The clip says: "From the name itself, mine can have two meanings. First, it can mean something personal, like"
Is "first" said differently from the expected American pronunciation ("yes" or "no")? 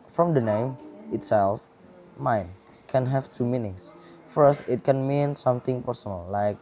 no